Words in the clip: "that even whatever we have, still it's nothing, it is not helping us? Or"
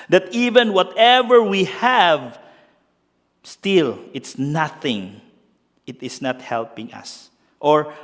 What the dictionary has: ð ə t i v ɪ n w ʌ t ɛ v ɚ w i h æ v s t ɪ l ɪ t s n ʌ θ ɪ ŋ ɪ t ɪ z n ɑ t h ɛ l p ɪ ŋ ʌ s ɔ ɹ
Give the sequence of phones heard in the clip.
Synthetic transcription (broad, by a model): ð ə t i v ɪ n w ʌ t ɛ v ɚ w i h æ v s t ɪ l ɪ t s n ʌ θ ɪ ŋ ɪ t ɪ s n ɑ t h ɛ l p ɪ ŋ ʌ s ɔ ɹ